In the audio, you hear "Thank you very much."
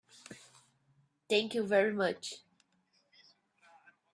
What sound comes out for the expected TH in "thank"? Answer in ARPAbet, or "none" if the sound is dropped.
T